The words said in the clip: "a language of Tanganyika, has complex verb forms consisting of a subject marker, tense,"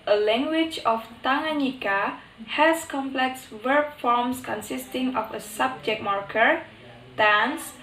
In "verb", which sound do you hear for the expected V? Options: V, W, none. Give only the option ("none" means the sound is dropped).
W